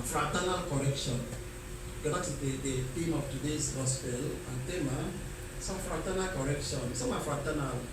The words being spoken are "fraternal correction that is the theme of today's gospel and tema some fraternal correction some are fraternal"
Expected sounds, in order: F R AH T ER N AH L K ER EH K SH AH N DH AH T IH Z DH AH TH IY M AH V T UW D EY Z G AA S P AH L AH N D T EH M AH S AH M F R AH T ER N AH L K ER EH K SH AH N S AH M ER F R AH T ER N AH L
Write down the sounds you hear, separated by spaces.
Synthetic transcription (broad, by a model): F R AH T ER N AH L K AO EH K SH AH N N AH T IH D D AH T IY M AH F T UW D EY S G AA S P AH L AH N T EH M AH S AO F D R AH T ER N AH L K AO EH K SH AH N S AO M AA F R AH T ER N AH L